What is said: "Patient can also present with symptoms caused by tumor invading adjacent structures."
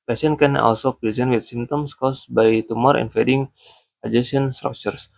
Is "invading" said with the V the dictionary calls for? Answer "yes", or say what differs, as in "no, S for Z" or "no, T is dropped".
no, F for V